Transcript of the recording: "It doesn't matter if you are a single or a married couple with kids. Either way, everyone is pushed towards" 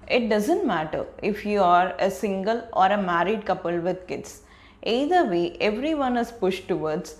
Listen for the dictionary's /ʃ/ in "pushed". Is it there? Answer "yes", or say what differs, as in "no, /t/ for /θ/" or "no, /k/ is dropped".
yes